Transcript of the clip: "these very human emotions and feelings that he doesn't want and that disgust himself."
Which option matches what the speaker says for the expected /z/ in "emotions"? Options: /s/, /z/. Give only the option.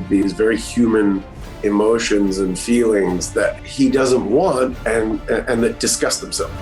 /z/